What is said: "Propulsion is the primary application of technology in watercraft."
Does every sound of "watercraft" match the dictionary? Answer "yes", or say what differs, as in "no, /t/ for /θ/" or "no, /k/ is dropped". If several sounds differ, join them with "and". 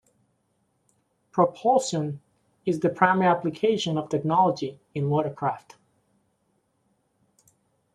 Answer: yes